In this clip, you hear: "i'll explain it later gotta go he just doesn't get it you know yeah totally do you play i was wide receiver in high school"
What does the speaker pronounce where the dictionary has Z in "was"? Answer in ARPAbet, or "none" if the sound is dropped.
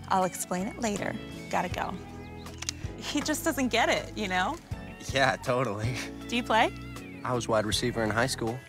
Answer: Z